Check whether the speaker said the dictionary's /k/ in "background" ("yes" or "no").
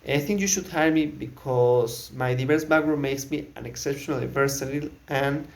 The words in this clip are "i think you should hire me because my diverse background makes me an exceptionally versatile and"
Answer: no